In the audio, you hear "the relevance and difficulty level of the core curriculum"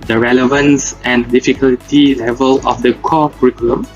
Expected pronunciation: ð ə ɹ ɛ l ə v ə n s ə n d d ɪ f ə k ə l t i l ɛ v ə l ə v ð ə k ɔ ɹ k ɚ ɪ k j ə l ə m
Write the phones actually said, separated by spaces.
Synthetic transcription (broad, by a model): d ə ɹ ɛ l ə v ə n s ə n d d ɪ f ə k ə l t i l ɛ v ə l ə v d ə k ɔ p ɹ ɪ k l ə m